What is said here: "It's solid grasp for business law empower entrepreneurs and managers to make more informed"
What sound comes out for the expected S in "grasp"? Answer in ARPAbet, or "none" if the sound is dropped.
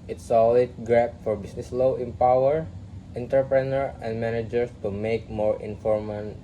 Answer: none